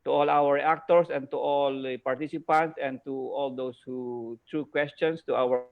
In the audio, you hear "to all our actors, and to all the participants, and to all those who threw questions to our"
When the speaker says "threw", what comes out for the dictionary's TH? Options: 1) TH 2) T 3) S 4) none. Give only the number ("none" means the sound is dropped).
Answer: 2